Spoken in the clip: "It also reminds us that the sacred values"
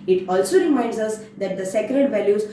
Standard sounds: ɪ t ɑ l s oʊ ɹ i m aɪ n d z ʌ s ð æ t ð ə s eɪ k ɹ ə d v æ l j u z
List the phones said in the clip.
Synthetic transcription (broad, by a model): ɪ t ɑ l s oʊ ɹ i m aɪ n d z ʌ s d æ t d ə s eɪ k ɹ ə d v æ l j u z